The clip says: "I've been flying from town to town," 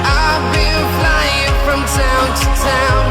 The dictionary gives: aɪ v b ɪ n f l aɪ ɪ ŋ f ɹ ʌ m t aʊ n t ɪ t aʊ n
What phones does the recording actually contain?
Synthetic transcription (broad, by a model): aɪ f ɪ l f l aɪ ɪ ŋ f ɹ ʌ m t aʊ n t ɪ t aʊ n